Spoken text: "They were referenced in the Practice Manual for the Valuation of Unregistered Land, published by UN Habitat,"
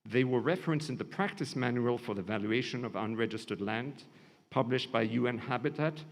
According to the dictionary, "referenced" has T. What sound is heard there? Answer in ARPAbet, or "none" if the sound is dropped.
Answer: none